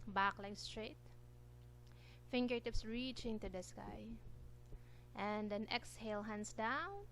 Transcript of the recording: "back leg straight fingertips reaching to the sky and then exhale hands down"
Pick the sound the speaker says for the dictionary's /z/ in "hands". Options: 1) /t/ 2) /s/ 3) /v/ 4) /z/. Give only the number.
2